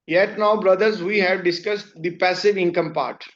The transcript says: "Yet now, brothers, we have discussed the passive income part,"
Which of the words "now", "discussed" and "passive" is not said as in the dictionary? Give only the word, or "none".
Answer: none